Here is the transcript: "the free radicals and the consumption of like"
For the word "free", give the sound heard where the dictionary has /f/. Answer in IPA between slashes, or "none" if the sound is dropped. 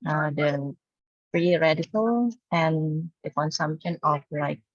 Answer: /p/